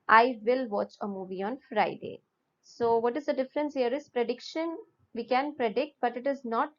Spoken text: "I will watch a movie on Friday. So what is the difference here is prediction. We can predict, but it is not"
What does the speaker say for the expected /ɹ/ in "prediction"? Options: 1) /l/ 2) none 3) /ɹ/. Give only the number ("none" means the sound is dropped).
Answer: 3